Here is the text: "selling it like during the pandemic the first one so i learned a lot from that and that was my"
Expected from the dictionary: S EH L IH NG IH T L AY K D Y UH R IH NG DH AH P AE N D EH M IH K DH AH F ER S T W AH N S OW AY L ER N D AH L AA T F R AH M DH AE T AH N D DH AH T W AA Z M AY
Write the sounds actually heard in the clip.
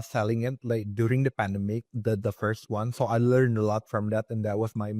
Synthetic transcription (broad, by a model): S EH L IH NG IH T L AY K D Y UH R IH NG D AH P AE N D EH M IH K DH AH F ER S T W AH N S OW AY L ER N D AH L AA T F R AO M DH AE T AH N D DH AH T W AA S M AY